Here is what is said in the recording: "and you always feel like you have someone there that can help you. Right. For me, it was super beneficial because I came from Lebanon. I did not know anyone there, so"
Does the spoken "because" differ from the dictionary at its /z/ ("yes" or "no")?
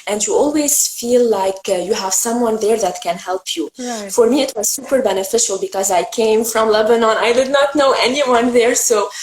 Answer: no